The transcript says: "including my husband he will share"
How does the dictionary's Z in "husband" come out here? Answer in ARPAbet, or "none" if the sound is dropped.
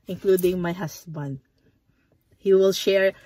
S